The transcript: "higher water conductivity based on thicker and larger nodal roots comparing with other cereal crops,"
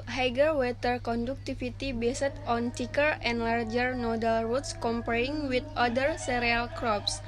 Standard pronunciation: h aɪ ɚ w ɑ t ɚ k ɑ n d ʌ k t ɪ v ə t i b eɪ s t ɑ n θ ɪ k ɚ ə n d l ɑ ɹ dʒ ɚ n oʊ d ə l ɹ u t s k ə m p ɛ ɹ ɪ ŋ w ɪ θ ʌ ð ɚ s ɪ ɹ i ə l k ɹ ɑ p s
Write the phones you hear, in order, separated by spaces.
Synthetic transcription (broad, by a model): h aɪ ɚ w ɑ t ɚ k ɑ n d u k t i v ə t i b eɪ s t ɑ n t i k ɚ ə n d l ɑ ɹ dʒ ɚ n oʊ d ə l ɹ u t s k ə m p ɛ ɹ ɪ ŋ w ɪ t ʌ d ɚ s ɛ ɹ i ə l k ɹ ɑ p s